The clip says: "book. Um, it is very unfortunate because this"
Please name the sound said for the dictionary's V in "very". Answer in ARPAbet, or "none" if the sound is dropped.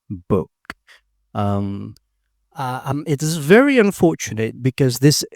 V